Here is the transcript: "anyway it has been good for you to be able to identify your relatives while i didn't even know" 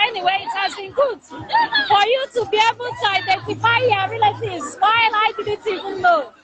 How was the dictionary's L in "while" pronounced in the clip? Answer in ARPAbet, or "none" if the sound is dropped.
N